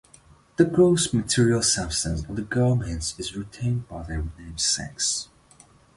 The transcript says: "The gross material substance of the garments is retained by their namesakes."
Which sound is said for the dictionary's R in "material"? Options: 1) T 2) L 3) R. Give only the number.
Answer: 3